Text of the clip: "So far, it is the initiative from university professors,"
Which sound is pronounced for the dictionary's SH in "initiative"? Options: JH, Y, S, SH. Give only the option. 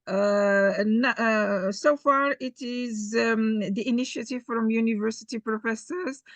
SH